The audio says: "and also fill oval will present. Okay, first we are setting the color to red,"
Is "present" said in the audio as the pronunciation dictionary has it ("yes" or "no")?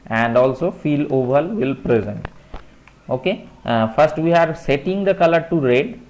yes